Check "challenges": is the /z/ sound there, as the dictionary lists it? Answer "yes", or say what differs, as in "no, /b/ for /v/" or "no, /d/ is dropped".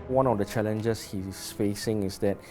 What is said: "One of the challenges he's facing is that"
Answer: no, /s/ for /z/